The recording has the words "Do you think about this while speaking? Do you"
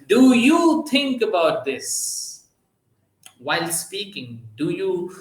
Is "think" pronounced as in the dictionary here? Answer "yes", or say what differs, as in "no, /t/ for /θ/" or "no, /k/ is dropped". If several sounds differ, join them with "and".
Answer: no, /t/ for /θ/